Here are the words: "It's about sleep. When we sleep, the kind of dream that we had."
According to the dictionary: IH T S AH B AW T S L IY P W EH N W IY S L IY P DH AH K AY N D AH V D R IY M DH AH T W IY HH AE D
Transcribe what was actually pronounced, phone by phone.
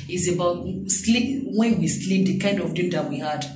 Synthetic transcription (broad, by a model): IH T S AH B AW T S L IY P W EH N W IY S L IY P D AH K AY N D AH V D IY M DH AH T W IY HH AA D